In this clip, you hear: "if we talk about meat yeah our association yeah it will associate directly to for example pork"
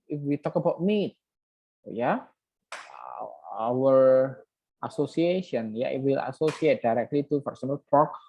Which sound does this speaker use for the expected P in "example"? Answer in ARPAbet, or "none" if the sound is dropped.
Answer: none